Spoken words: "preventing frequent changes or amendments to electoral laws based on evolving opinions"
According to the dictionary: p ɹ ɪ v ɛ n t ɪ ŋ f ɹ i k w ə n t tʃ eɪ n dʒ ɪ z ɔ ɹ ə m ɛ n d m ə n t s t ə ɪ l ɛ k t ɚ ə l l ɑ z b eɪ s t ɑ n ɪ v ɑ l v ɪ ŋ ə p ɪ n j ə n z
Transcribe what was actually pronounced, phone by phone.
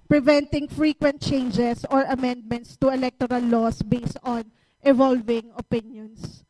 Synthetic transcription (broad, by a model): p ɹ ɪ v ɛ n t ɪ ŋ f ɹ i k w ə n t tʃ eɪ n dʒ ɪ s ɔ ɹ ə m ɛ n d m ə n t s t ə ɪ l ɛ k t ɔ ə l l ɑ s b eɪ s t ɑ n ɪ v ɑ l v ɪ ŋ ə p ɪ n j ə n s